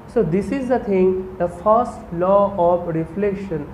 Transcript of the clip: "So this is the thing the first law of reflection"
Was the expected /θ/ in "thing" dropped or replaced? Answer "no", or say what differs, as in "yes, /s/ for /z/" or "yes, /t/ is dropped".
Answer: yes, /t/ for /θ/